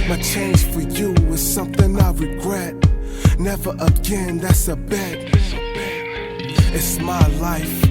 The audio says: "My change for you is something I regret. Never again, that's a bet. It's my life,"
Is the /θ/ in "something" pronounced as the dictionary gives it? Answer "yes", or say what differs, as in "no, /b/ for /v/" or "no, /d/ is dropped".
yes